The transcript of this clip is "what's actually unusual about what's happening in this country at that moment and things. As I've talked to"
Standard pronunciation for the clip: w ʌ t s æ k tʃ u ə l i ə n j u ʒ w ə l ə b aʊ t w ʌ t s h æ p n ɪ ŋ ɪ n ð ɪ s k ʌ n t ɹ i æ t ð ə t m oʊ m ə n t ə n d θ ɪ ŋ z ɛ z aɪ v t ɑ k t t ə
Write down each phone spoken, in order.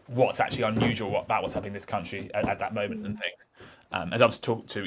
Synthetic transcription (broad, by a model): w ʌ t s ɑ k tʃ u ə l i ə n j u ʒ w ə l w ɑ t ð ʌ t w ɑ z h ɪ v ɪ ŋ ð ɪ s k ʌ n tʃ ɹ i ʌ t ð ə t m oʊ m ə n t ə n θ ɪ ŋ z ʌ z aɪ w t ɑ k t t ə